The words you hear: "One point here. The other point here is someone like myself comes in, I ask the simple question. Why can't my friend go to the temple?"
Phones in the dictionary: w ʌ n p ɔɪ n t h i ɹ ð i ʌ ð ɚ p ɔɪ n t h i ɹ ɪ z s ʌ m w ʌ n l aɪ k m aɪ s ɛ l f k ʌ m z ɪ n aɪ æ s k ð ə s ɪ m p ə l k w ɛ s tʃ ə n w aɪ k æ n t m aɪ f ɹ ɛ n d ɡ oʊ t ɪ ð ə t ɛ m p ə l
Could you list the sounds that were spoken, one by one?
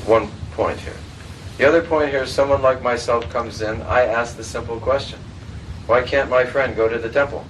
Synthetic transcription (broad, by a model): w ʌ n p ɔɪ n t h i ɹ ð i ʌ ð ɚ p ɔɪ n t h i ɹ ɪ z s ʌ m w ʌ n l aɪ k m aɪ s ɛ l f k ʌ m z ɪ n aɪ æ s k ð ə s ɪ m p l k w ɛ s tʃ ə n w aɪ k æ n m aɪ f ɹ ɛ n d ɡ oʊ t ɪ ð ə t ɛ m p l